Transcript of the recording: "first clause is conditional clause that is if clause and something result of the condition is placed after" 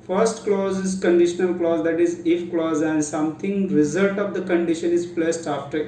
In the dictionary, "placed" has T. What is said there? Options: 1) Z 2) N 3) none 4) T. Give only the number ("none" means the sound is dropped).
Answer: 4